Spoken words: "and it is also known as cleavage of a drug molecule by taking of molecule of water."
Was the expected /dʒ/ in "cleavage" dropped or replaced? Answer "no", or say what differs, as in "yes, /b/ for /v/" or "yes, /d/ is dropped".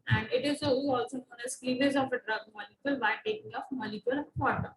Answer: yes, /z/ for /dʒ/